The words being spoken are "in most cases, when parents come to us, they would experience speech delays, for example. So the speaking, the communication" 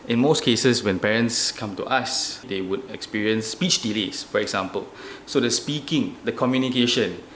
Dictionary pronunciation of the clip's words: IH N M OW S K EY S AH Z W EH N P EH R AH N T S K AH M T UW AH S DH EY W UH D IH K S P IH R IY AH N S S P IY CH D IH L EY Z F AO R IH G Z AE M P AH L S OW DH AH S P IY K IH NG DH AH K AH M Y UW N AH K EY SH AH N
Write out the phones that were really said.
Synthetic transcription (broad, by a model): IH N M OW S K EY S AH S W EH N P EH R AH N T S K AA M T UW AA S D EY W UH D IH K S P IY R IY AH N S S P IY CH D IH L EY S F AO R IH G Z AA M P AH L S OW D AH S P IY K IH NG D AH K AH M Y UW N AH K EY SH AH N